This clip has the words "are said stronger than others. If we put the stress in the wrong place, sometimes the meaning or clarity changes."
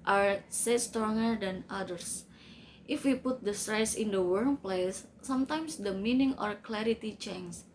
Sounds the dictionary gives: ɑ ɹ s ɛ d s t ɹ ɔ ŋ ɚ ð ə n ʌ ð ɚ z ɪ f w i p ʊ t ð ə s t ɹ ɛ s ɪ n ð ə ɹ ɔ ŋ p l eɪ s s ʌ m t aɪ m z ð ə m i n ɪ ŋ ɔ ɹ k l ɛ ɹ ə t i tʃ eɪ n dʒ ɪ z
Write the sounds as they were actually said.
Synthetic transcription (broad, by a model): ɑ ɹ s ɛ s t ɹ ɔ ŋ ɚ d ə n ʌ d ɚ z ɪ f w i p ʊ t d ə s t ɹ ɛ s ɪ n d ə w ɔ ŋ p l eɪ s s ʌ m t aɪ m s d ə m i n ɪ ŋ ɔ ɹ k l ɛ ɹ ə t i tʃ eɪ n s